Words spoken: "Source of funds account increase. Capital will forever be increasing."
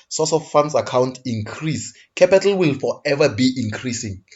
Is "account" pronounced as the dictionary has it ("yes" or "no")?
yes